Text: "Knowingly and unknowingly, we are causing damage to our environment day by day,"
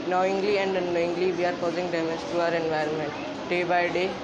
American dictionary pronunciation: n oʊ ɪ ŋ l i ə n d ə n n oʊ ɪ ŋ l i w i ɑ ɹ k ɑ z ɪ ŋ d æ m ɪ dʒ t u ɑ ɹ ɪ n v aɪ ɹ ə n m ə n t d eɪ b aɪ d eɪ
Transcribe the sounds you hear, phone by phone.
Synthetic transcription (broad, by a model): n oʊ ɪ ŋ l i ə n d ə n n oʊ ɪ ŋ l i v i ɑ ɹ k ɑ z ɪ ŋ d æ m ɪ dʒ t u ɑ ɹ ɪ n v aɪ ɹ ə n m ə n t d eɪ b aɪ d eɪ